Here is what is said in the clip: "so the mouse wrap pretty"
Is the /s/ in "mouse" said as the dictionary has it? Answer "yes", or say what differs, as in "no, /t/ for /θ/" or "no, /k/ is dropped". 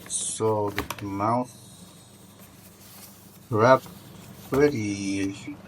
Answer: no, /θ/ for /s/